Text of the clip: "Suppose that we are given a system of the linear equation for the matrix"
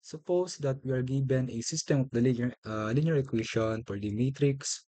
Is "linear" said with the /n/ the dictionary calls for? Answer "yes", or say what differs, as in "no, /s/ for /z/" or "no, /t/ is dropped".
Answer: no, /l/ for /n/